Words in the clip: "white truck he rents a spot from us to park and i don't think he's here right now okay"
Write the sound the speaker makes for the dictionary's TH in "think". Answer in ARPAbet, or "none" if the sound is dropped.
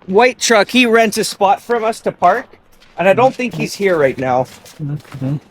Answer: TH